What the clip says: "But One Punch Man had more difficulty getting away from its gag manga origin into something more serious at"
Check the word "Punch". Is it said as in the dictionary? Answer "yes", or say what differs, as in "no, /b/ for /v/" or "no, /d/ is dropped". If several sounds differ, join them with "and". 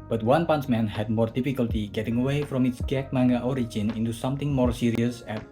no, /s/ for /tʃ/